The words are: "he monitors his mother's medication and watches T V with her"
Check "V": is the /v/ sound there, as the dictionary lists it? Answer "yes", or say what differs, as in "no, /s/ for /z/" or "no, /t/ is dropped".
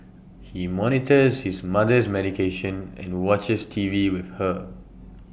yes